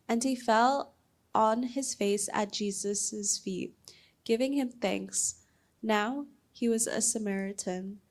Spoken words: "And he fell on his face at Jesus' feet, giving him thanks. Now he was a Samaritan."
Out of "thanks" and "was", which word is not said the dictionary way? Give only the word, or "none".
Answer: none